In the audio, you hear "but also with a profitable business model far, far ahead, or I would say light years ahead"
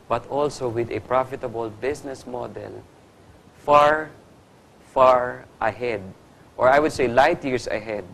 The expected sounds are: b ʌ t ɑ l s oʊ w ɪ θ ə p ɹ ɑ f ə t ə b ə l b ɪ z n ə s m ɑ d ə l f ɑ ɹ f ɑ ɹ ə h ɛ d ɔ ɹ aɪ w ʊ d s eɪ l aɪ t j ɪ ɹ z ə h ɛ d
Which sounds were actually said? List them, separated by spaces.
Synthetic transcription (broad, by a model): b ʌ t ɑ l s oʊ w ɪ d ə p ɹ ɑ f ə t ə b ə l b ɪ s n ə s m ɑ d ə l f ɑ ɹ f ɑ ɹ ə h ɛ d ɔ ɹ aɪ w ʊ d s eɪ l aɪ t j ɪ ɹ s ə h ɛ d